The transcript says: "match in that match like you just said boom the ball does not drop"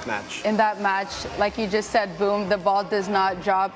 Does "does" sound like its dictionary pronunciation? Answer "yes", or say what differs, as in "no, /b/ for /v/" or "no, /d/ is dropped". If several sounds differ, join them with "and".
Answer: yes